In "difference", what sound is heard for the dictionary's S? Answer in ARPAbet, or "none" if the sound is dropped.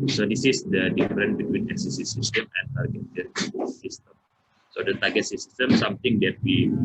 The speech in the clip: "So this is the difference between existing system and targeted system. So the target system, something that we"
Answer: none